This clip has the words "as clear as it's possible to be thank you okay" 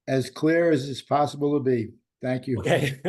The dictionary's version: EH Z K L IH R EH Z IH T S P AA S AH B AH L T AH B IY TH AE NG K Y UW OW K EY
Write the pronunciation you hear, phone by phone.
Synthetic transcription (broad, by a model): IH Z K L IH R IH Z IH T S P AA S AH B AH L T AH B IY TH AE NG K Y UW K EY